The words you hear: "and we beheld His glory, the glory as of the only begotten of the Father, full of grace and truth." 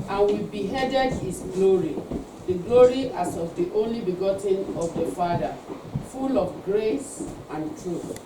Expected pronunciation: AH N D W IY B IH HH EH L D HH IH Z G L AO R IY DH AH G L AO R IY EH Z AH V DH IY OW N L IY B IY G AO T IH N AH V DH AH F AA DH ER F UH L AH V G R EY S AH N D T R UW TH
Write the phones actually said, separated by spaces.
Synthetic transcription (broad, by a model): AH N W IY B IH HH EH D D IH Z G L AO R IY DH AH G L AO R IY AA S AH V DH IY OW N L IY B IY G AO T IH N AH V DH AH F AA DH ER F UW L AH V G R EY S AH N T R UW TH